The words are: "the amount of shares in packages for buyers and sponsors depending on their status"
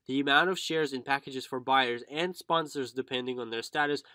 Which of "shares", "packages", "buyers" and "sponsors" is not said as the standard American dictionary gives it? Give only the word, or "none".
none